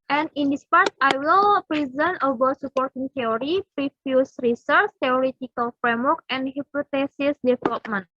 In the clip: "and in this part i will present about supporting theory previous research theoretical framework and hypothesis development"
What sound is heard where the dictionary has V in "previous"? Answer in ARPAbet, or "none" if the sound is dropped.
F